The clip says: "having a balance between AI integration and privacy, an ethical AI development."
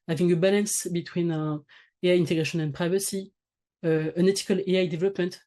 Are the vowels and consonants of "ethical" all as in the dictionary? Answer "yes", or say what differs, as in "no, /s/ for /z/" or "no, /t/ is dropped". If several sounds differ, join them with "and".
no, /t/ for /θ/